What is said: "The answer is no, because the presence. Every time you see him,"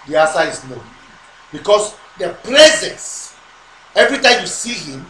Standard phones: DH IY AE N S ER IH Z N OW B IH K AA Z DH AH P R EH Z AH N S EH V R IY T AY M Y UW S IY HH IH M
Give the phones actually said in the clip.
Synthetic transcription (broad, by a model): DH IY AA S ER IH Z N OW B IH K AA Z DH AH P R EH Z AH N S EH V R IY T AY M Y UW S IY HH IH M